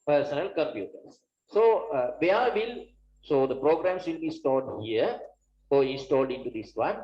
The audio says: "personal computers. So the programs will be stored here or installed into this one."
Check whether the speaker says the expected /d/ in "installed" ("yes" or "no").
yes